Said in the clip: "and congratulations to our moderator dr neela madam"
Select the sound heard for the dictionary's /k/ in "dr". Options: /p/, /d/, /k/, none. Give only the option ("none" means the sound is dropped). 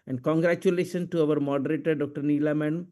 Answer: /k/